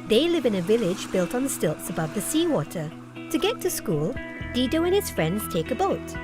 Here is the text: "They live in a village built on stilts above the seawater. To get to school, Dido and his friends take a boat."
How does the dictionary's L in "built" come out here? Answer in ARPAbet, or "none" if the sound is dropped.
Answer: L